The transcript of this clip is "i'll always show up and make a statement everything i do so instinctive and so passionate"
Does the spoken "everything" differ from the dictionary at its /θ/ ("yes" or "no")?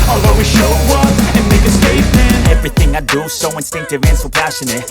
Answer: no